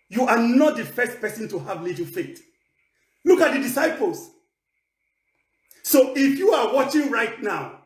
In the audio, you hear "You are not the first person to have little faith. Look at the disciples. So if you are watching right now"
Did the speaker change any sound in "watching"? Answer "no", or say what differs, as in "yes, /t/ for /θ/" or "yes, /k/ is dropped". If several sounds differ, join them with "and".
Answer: no